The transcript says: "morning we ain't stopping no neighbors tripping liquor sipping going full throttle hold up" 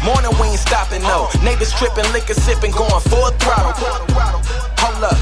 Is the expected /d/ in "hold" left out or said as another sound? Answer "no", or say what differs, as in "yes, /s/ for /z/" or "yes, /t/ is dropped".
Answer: yes, /d/ is dropped